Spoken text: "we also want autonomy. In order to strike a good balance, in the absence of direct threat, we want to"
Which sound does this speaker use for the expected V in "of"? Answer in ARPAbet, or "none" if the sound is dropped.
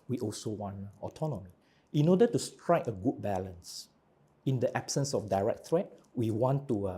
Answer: F